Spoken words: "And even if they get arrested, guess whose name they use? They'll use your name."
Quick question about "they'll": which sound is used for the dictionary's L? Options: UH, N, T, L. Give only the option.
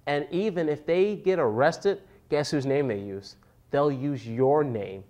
L